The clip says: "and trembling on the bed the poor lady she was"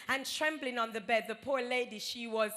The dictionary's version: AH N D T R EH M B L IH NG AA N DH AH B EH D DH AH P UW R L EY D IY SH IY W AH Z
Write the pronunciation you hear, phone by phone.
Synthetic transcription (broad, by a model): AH N T R EH M B L IH NG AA N DH AH B EH D DH AH P UW R L EY D IY SH IY W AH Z